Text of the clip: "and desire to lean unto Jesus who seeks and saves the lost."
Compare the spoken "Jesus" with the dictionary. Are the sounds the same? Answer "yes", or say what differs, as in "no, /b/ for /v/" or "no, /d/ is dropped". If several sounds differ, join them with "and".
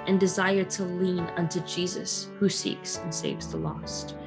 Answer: yes